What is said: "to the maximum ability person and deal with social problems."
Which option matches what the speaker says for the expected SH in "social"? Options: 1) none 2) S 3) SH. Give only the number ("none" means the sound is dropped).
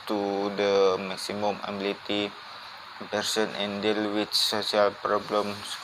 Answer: 2